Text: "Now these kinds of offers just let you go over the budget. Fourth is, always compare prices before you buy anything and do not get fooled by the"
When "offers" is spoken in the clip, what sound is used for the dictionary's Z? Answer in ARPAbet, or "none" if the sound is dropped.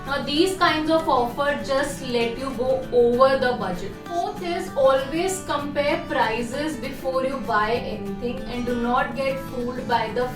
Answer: none